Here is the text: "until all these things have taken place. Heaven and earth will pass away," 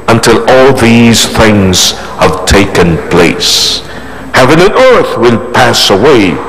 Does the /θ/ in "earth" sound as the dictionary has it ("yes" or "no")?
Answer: yes